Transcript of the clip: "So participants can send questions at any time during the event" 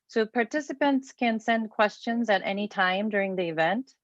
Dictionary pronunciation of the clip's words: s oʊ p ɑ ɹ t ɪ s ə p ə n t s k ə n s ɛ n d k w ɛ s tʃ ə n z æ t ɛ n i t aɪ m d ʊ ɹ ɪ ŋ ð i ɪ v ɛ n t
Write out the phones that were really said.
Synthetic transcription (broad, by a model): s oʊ p ɑ ɹ t ɪ s ə p ə n t s k ə n s ɛ n d k w ɛ s tʃ ə n z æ t ɛ n i t aɪ m d ʊ ɹ ɪ ŋ ð i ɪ v ɛ n t